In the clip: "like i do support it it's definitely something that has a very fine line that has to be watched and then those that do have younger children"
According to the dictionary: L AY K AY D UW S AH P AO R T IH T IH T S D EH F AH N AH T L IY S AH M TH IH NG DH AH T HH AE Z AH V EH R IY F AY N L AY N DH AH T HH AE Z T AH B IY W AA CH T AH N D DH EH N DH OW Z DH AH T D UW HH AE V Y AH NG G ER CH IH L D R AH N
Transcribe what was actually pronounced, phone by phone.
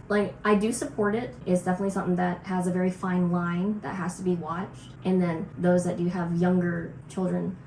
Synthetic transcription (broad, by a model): L AY K AY D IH S AH P AO R T IH T IH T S D EH F AH N AH T L IY S AH M TH IH NG DH AH T HH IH Z AH V EH R IY F AY N L AY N DH AH T HH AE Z T AH B IY W AA CH T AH N DH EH N DH OW Z DH AH T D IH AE V Y AH NG G ER CH IH L D R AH N